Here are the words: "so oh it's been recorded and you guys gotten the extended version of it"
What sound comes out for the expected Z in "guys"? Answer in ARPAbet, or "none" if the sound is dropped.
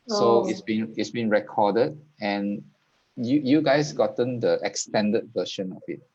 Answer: S